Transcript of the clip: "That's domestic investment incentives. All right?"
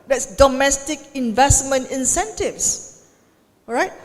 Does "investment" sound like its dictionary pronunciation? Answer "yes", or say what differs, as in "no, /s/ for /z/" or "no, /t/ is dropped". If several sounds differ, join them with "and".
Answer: yes